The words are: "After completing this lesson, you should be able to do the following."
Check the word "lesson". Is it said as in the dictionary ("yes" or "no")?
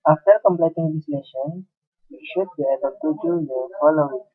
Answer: no